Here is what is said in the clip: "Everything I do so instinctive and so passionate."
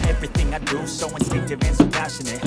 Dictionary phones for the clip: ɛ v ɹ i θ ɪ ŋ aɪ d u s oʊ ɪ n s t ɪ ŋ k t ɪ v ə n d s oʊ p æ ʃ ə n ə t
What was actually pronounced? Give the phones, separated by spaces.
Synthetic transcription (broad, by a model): ɛ v ɹ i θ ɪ ŋ aɪ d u s oʊ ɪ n t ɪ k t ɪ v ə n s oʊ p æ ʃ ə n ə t